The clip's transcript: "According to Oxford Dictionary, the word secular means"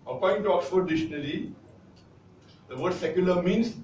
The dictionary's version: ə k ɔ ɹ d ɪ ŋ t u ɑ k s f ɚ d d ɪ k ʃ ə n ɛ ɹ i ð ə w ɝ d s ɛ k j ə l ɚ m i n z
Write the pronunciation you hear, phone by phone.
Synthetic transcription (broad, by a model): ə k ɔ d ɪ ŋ t u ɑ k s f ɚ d d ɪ ʃ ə n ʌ l i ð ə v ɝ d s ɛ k j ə l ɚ m i n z